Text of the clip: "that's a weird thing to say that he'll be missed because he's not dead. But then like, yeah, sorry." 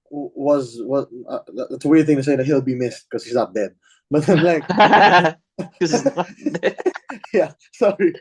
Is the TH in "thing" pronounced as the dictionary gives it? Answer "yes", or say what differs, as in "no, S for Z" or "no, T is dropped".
yes